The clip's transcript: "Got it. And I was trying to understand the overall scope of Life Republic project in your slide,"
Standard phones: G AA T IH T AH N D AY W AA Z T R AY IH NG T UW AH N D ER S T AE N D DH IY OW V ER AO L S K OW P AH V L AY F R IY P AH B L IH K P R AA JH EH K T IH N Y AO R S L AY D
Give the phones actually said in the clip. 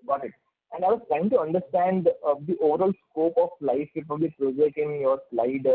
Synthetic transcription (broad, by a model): G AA T IH T AH N D AY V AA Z T R AY IH NG T UW AH N D ER S T AE N D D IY OW V ER AO L S K OW P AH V L AY F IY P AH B IH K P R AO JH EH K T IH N Y AO R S L AY D